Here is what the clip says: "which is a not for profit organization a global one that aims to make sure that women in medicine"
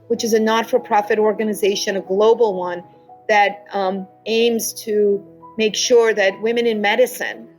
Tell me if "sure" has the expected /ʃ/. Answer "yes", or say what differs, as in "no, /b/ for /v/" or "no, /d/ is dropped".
yes